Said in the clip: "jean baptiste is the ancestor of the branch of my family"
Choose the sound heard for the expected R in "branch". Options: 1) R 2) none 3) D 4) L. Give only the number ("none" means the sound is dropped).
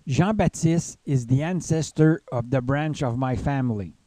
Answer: 1